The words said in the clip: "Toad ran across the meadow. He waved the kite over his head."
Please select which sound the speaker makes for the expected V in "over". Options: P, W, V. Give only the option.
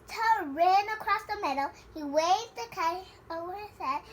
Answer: W